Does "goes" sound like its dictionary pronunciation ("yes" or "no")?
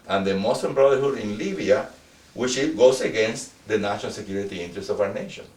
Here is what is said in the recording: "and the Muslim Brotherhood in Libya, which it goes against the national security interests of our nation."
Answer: no